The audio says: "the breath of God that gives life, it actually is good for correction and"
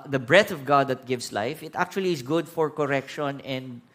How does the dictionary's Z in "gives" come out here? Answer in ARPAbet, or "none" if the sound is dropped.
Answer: S